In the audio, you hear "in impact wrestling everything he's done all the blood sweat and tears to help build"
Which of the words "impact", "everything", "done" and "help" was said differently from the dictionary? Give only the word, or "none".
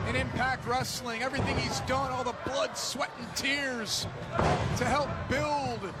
none